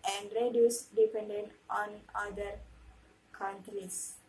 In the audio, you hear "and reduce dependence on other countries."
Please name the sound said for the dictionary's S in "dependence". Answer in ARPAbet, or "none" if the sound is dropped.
none